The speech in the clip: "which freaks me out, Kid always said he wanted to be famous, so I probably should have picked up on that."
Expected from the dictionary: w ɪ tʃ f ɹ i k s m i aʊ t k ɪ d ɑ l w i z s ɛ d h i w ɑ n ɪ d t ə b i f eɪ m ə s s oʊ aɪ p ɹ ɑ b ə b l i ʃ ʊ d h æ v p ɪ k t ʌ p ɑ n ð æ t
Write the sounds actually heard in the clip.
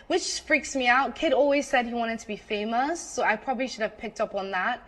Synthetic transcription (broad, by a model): w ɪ tʃ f ɹ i k s m i aʊ t k ɪ d ɑ l w i z s ɛ d h i w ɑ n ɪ d t ə b i f eɪ m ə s s oʊ aɪ p ɹ ɑ b ə b l i ʃ ʊ d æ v p ɪ k t ʌ p n ð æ t